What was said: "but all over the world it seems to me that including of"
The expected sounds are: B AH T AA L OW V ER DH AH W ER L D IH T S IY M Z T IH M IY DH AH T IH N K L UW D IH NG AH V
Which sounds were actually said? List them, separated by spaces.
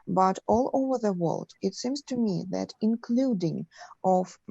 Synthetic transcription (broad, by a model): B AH T AA L OW V ER DH AH W ER L D IH T S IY M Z T IH M IY DH AH T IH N K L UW D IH NG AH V